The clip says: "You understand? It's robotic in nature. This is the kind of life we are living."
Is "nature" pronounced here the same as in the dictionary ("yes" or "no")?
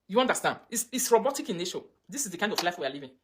no